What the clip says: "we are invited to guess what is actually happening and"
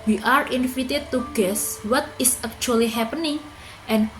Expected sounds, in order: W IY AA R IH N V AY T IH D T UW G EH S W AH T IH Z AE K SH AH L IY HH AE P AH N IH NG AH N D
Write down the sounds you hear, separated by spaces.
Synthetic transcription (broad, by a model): W IY AA R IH N F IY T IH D T UW G EH S W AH T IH S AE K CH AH L IY HH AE P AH N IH NG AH N